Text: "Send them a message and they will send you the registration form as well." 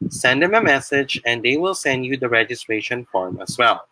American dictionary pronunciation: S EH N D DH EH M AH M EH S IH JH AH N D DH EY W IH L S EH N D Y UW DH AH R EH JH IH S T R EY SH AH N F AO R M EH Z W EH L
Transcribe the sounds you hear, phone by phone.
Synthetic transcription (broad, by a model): S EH N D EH M AH M EH S IH JH AH N D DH EY W IH L S EH N D Y UW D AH R EH JH IH S T R EY SH AH N F AO R M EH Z W EH L